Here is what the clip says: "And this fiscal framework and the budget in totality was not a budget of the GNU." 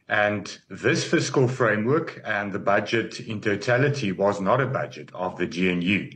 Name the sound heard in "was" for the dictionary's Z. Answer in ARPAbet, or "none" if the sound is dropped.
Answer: Z